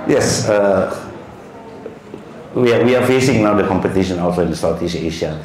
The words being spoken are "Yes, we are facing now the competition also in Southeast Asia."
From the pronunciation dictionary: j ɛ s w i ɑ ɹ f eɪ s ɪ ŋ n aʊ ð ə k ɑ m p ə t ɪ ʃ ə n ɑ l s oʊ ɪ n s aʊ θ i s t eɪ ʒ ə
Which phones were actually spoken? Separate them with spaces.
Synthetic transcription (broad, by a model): j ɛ s w i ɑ w f eɪ s ɪ ŋ n aʊ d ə k ɑ m p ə t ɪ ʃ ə n ɑ l s oʊ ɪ n s aʊ t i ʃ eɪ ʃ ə